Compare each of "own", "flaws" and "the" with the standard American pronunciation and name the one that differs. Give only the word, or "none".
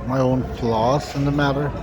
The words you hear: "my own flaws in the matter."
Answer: flaws